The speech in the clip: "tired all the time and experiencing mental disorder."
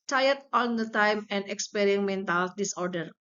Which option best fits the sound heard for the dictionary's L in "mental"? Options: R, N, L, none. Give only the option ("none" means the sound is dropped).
L